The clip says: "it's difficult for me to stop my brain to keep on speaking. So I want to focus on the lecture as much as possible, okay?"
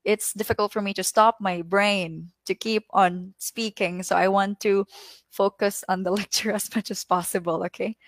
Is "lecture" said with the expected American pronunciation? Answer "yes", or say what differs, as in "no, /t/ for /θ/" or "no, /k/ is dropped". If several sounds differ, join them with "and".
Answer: yes